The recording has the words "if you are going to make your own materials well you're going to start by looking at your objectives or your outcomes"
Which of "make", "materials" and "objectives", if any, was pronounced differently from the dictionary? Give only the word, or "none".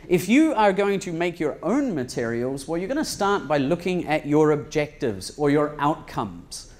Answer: none